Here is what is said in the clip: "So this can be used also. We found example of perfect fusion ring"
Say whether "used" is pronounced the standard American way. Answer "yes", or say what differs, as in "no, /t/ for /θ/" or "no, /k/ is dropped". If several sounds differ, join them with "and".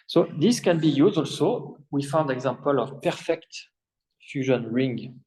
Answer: no, /d/ is dropped